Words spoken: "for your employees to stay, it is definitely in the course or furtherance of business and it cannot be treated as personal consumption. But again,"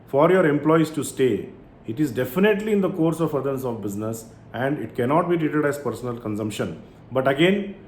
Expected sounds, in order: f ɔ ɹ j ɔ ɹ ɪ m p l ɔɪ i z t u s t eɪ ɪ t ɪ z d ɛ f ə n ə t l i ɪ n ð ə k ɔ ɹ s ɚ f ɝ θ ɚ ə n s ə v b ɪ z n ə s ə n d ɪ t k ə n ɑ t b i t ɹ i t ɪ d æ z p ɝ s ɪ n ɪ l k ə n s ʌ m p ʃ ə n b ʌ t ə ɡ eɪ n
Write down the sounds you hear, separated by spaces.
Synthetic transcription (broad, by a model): f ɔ ɹ j ɔ ɹ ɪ m p l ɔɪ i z t u s t eɪ ɪ t ɪ z d ɛ f ə n ə t l i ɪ n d ə k ɔ ɹ s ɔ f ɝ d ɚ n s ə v b ɪ z n ə s ə n d ɪ t k ə n ɑ t b i t ɹ i t ɪ d æ z p ɝ s ɪ n ɪ l k ə n s ʌ m p ʃ ə n b ʌ t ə ɡ eɪ n